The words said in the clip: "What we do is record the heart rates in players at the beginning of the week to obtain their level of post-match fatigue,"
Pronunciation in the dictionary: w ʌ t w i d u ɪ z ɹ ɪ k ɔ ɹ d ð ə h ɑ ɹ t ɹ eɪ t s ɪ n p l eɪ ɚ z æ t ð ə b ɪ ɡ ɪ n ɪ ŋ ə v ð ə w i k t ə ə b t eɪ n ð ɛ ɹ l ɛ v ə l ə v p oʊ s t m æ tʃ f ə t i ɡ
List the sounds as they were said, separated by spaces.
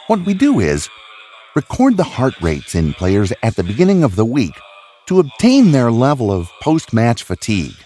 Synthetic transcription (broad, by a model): w ʌ t w i d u ɪ z ɹ ɪ k ɔ ɹ d ð ə h ɑ ɹ t ɹ eɪ t s ɪ n p l eɪ ɚ z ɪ t ð ə b ɪ ɡ ɪ n ɪ ŋ ə v ð ə w i k t ə ə b t eɪ n ð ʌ ɹ l ɛ v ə l ə v p oʊ s t m æ tʃ f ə t i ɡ